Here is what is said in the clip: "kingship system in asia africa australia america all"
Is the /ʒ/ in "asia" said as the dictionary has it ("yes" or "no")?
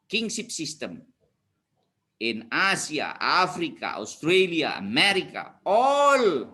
no